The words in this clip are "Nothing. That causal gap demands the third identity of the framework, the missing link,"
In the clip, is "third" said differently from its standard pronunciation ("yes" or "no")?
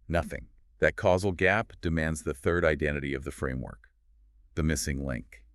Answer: no